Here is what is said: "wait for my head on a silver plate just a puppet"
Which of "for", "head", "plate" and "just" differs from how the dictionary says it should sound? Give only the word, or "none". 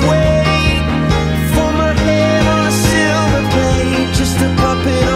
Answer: plate